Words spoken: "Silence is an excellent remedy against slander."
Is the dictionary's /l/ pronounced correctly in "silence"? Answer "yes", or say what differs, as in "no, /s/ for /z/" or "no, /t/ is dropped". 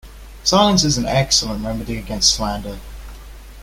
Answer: no, /l/ is dropped